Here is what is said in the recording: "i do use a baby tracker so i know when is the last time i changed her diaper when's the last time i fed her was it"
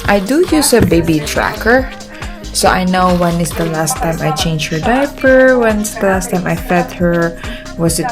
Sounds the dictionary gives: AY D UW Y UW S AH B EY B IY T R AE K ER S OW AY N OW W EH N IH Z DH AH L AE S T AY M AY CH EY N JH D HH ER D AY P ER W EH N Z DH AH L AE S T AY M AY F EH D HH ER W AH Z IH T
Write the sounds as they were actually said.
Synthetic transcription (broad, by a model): AY D UW Y UW S AH B EY B IY T R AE K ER S OW AY N OW W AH N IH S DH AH L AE S T AY M AY CH EY N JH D HH ER D AY P ER W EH N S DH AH L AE S T AY M AY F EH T HH ER W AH S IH T